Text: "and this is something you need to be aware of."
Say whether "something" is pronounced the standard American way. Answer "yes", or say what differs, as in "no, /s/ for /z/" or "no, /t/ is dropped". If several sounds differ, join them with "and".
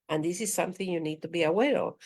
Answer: yes